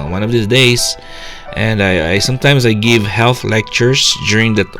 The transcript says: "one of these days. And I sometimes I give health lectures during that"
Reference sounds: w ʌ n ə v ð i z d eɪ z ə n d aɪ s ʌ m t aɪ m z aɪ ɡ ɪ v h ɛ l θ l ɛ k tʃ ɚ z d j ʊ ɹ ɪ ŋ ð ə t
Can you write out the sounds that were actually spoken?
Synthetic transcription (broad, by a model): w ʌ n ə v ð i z d eɪ s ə n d aɪ s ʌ m t aɪ m s aɪ ɡ ɪ v h ɛ l θ l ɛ k tʃ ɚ s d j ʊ ɹ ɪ ŋ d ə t